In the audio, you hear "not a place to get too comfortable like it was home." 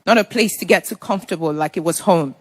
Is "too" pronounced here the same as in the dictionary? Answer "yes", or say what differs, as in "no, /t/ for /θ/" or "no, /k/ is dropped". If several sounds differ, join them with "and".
no, /s/ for /t/